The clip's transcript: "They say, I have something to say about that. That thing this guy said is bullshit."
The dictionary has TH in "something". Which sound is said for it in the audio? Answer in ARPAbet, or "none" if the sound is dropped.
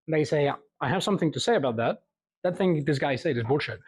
TH